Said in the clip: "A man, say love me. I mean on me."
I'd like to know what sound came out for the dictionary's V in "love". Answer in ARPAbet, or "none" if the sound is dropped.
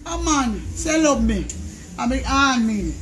B